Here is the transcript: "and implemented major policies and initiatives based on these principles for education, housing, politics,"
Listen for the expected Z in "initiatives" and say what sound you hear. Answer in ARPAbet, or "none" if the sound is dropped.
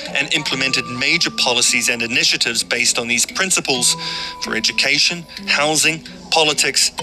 Z